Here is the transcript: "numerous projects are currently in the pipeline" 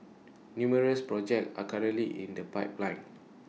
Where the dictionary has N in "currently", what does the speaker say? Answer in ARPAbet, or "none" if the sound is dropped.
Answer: none